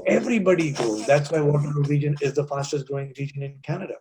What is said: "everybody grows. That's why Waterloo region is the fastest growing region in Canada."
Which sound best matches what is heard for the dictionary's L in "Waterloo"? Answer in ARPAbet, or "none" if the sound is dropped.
none